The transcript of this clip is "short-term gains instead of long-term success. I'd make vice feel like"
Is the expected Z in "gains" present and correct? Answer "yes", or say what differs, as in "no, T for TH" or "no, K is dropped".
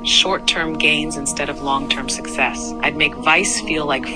yes